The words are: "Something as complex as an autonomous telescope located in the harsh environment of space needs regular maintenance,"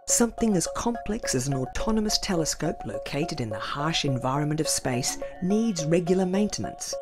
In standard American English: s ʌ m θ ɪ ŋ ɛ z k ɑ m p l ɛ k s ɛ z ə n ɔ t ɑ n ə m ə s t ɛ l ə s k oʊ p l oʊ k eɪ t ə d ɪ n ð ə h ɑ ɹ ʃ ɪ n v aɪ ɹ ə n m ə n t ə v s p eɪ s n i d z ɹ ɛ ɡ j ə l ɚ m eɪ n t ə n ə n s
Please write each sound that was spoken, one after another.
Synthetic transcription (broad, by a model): s ʌ m θ ɪ ŋ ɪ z k ɑ m p l ɛ k s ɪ z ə n ɔ t ɑ n ə m ə s t ɛ l ə s k oʊ p l oʊ k eɪ t ə d ɪ n ð ə h ɑ ɹ ʃ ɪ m v aɪ ɹ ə n m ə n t ə v s p eɪ s n i d z ɹ ɛ ɡ j l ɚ m eɪ n t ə n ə n s